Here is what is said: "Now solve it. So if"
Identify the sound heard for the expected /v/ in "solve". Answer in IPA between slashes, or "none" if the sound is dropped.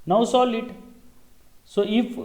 none